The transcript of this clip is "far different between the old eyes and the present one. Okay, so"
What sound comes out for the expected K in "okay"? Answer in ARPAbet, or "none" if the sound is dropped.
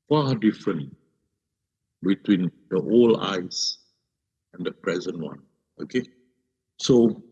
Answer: K